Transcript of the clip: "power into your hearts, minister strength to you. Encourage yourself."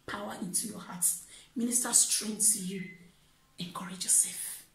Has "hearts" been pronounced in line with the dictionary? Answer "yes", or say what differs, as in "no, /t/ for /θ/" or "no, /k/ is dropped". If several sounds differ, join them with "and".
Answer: no, /s/ is dropped